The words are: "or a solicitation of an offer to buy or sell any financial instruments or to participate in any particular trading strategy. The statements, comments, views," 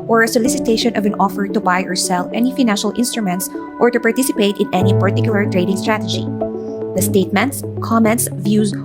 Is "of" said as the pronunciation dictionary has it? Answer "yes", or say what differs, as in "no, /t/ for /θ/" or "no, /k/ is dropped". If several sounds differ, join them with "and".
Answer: yes